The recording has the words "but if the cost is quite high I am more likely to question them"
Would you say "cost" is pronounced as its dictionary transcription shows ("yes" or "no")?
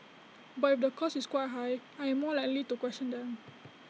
no